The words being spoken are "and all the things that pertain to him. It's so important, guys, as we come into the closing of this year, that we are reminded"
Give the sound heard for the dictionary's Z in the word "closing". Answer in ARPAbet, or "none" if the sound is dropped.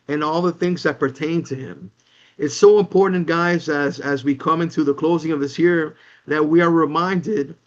Z